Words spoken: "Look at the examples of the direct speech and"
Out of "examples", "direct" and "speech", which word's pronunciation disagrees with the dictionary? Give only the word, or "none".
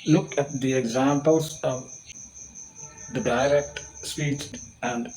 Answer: speech